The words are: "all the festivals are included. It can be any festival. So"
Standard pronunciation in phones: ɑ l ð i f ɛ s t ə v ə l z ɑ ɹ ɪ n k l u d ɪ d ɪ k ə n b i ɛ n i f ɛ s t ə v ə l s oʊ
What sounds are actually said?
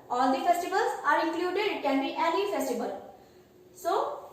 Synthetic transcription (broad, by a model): ɑ l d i f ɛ s t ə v ə l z ɑ ɹ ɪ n k l u d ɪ d k ə n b i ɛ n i f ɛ s t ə b ə l s oʊ